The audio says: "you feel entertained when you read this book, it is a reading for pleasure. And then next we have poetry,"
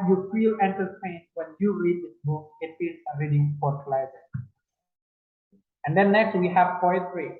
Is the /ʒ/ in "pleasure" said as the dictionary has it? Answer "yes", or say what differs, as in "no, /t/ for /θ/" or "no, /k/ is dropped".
no, /z/ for /ʒ/